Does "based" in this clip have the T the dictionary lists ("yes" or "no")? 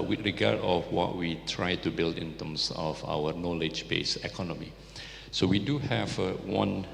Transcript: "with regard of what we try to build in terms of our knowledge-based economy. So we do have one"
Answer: no